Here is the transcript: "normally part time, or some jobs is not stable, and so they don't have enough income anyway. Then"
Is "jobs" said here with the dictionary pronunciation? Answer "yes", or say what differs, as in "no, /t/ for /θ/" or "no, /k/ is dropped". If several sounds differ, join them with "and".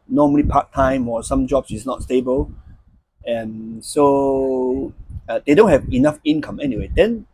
no, /s/ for /z/